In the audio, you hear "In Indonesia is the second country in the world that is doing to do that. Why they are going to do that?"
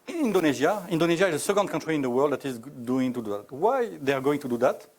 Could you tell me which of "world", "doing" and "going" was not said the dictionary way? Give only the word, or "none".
none